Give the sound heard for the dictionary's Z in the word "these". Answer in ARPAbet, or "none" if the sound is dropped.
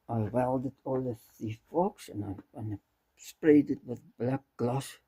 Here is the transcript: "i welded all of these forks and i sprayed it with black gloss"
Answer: none